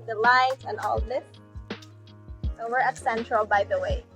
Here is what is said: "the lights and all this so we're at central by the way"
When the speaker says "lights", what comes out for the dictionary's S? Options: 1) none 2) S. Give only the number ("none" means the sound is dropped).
1